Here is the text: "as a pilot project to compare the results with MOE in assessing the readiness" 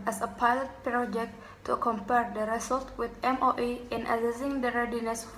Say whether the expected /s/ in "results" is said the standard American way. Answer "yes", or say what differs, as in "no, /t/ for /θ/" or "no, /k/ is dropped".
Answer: no, /s/ is dropped